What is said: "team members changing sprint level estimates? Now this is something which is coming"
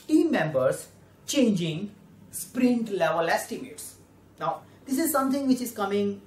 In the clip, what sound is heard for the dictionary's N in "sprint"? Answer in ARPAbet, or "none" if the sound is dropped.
N